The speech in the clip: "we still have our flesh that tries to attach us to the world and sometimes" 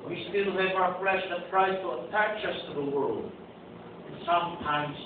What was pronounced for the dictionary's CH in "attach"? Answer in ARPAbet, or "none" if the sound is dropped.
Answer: CH